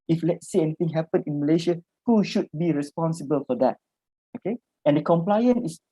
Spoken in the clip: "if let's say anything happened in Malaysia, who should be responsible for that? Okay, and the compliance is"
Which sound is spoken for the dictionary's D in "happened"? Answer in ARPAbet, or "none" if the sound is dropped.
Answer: none